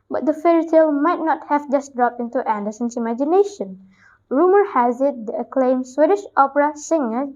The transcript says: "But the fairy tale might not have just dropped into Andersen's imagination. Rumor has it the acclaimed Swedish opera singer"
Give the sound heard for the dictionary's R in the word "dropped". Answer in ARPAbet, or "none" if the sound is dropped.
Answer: R